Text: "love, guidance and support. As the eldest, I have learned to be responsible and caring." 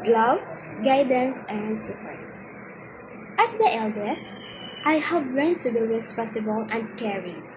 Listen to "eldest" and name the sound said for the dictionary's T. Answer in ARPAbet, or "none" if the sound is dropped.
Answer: T